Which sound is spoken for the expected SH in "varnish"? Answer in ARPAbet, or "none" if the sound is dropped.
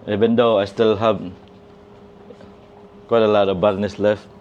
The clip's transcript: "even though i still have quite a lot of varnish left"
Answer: S